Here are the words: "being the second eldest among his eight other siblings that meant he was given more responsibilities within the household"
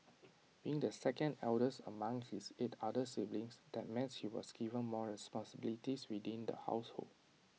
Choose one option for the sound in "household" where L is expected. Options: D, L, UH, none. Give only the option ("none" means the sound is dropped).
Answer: L